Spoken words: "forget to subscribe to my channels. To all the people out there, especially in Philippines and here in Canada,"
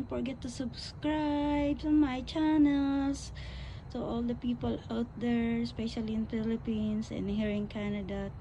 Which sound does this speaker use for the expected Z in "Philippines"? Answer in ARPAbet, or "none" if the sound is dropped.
S